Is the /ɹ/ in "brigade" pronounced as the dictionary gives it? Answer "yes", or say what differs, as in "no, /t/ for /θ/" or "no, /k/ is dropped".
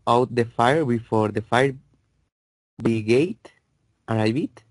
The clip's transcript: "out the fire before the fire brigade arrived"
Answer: no, /ɹ/ is dropped